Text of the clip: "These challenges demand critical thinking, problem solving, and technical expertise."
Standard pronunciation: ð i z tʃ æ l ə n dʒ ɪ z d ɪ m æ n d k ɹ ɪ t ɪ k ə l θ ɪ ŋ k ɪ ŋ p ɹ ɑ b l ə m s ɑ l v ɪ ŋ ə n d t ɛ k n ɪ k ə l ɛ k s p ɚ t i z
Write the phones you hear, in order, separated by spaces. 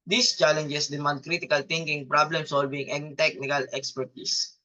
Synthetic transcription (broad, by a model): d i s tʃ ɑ l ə n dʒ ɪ s d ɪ m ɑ n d k ɹ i t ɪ k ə l t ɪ ŋ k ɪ ŋ p ɹ ɑ b l ə m s ɑ l v ɪ ŋ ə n t ɛ k n ɪ k ə l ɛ k s p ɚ t i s